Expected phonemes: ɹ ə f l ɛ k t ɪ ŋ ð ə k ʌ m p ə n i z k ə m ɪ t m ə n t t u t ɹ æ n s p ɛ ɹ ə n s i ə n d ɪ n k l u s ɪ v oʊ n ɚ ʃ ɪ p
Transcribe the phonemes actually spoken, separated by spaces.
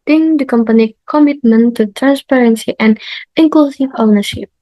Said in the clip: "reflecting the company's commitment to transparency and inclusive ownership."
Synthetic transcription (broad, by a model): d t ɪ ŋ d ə k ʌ m p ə n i k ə m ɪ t m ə n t t u t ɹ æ n s p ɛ ɹ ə n s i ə n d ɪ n k l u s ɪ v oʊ n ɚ ʃ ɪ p